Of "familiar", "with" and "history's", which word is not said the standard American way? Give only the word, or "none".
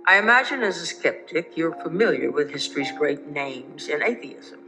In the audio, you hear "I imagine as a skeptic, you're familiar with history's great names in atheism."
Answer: none